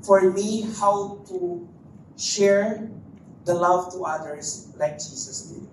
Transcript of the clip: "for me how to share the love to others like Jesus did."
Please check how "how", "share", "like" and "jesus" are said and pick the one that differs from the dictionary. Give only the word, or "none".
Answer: jesus